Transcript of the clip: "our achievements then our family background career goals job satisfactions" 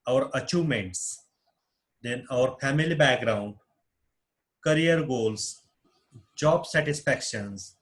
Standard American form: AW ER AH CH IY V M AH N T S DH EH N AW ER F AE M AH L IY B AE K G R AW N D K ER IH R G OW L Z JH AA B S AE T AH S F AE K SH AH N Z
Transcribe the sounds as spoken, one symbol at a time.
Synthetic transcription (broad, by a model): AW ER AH CH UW M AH N T S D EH N AW ER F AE M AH L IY B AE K G R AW N D K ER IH R G OW L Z JH AA B S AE T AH S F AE K SH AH N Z